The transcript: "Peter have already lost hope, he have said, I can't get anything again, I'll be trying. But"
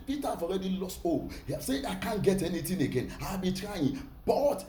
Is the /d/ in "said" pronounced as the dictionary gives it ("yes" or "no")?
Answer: no